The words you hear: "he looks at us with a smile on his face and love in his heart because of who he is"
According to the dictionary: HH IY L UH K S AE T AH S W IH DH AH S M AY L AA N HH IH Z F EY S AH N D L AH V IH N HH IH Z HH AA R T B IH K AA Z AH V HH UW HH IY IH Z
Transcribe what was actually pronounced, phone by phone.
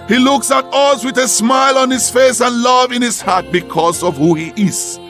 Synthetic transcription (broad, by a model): HH IY L UH K S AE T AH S W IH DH AH S M AY L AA N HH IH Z F EY S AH N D L AH V IH N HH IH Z HH AA R T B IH K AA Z AH V HH UW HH IY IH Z